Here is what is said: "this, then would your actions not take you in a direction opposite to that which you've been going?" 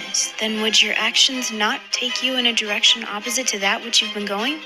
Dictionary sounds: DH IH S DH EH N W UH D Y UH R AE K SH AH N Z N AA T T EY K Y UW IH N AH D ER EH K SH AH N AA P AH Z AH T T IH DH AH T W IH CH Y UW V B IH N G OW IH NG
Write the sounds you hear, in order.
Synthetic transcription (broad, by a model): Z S DH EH N W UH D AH R AE K SH AH N Z N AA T T EY K Y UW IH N AH D ER EH K SH AH N AA P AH Z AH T T IH DH AH T W IH CH Y UW V B IH N G OW IH NG